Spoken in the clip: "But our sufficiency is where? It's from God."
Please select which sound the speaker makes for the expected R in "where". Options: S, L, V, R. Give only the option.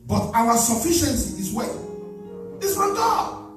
L